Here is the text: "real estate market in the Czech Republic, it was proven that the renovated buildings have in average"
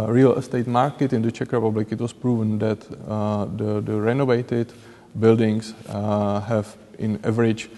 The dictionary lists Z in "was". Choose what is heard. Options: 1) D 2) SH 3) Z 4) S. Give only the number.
4